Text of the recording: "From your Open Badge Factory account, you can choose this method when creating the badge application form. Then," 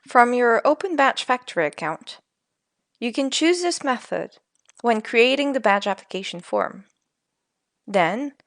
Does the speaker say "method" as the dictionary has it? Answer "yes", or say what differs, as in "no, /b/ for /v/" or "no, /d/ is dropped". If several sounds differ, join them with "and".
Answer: yes